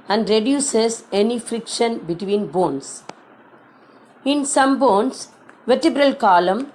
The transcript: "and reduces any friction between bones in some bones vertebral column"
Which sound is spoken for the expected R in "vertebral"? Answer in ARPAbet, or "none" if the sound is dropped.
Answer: R